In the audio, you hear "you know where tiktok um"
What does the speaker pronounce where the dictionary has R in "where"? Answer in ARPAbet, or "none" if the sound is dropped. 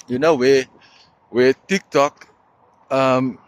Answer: W